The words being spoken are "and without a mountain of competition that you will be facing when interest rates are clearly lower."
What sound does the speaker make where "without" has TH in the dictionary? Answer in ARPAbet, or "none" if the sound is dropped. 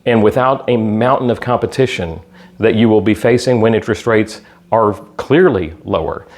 TH